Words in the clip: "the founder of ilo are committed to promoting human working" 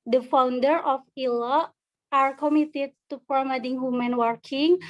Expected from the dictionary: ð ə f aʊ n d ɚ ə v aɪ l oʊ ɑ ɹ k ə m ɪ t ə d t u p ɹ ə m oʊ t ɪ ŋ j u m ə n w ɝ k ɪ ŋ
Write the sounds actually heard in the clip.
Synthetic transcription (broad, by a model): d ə f aʊ n d ɚ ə f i l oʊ ɑ ɹ k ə m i t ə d t u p ɹ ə m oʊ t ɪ ŋ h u m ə n w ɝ k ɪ ŋ